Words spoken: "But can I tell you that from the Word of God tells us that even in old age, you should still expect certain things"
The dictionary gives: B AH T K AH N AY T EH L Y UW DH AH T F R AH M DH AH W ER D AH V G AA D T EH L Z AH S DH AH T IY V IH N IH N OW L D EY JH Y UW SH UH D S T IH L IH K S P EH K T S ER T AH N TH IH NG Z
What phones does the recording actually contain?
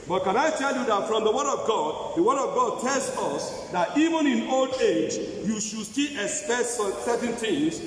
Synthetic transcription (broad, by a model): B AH T K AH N AY T EH L Y UW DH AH T F R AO M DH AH W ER D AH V G AA D T EH L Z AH S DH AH T IY V IH N IH N OW L D EY JH Y UW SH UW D S T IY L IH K S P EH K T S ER T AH N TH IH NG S